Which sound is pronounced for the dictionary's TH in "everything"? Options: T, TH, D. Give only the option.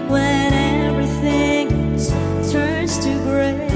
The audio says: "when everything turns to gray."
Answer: TH